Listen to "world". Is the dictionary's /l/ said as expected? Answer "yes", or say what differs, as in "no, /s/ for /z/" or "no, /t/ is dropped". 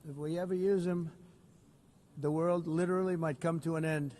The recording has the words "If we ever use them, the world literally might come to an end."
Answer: yes